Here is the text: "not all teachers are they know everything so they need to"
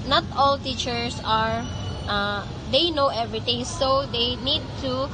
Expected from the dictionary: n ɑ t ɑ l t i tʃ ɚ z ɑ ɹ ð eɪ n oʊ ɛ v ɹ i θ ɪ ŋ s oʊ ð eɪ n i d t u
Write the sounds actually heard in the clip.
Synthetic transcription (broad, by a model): n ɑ t ɑ l t i tʃ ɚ s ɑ ɹ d eɪ n oʊ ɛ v ɹ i t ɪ ŋ s oʊ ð eɪ n i d t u